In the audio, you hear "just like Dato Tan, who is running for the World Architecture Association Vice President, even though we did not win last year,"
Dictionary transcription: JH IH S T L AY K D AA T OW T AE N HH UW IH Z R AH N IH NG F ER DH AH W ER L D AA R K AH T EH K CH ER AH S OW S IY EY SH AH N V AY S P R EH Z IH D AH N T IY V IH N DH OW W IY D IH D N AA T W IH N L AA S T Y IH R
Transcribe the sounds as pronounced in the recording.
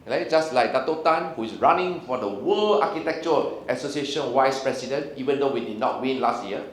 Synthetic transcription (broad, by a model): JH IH S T L AY K D AA T OW T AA N HH UW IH S R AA N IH NG F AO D AH W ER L AA K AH T EH K CH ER AH S OW S IY EY SH AH N W AY S P R EH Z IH D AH N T IY V IH N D OW W IY D IH D N AA T W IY N L AA S T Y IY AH